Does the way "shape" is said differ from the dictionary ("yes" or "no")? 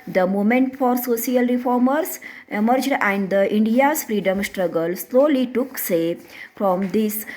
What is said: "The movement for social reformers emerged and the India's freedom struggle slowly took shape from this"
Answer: yes